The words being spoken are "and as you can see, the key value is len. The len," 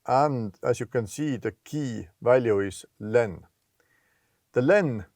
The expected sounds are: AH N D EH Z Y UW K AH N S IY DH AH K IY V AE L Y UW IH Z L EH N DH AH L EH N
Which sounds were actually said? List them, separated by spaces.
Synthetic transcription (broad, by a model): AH N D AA S Y UW K AH N S IY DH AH K IY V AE L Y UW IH S L EH N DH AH L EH N